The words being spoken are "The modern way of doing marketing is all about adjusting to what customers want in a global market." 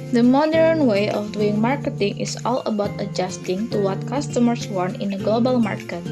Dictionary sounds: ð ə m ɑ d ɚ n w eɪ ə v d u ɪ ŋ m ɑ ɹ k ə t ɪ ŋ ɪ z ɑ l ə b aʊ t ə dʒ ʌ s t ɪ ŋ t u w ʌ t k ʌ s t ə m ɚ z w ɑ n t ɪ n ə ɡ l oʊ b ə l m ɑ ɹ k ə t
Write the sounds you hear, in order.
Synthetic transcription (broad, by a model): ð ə m ɑ d ɚ n w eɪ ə f d u ɪ ŋ m ɑ ɹ k ə t ɪ ŋ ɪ s ɑ l ə b aʊ t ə dʒ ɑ s t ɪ ŋ t u w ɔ t k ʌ s t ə m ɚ s w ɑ n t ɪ n ə ɡ l oʊ b ə l m ɑ ɹ k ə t